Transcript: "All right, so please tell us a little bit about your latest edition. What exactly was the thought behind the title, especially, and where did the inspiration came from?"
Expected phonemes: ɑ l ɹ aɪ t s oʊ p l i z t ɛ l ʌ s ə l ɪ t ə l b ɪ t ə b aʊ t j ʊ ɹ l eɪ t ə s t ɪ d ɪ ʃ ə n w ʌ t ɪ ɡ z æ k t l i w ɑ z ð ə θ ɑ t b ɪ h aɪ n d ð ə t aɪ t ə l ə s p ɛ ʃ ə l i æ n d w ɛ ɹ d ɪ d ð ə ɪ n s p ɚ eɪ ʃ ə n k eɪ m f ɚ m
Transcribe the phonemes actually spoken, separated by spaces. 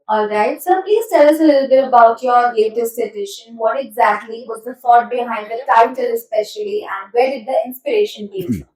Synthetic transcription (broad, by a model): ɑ l ɹ aɪ t s oʊ p l i z t ɛ l ʌ s ə l ɪ t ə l b ɪ t ə b aʊ t j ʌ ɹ l eɪ t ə s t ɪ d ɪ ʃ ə n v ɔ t ɪ ɡ z æ k t l i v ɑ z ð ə f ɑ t b ɪ h aɪ n d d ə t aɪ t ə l ə s p ɛ ʃ ə l i æ n d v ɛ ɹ d ɪ d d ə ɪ n s p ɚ eɪ ʃ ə n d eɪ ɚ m